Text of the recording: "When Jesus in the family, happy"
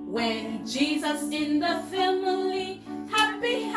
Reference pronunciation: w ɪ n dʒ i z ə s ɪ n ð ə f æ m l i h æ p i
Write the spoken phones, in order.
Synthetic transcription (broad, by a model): w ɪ n dʒ i z ə s ɪ n ð ə f æ m l i h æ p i